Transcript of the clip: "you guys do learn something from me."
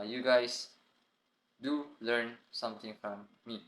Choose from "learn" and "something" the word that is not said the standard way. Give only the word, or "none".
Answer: something